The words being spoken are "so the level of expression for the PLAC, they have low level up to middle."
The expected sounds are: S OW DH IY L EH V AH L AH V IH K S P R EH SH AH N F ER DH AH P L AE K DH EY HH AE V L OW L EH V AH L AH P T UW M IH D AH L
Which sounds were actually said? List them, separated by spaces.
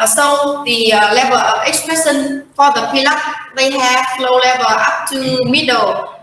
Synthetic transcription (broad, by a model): S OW DH IY L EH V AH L AH V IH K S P R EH S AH N F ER DH AH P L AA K DH EY HH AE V L OW L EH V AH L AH P T UW M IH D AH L